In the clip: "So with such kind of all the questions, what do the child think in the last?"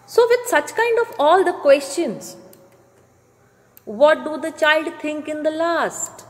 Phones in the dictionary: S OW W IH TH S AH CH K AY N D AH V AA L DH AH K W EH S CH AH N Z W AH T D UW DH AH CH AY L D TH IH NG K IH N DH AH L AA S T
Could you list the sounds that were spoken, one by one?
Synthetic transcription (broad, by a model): S OW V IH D S AH CH K AY N D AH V AA L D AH K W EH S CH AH N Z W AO T D UW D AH CH AY L D T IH NG K IH N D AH L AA S T